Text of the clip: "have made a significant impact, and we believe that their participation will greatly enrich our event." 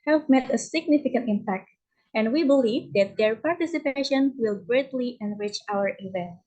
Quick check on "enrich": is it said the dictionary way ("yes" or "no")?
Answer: yes